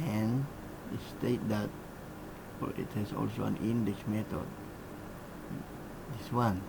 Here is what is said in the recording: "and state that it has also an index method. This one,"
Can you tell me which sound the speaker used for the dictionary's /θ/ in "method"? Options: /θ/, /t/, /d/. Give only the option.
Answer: /t/